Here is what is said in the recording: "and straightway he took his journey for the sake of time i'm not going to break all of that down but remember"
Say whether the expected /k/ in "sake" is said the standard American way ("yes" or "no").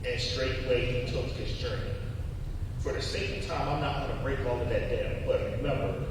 no